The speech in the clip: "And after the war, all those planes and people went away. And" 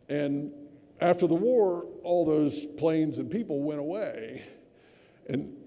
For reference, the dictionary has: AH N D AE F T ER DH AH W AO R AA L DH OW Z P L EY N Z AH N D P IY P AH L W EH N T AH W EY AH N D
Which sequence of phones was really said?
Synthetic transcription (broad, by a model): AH N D AE F T ER DH AH W AO R AA L DH OW Z P L EY N Z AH N P IY P L W EH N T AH W EY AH N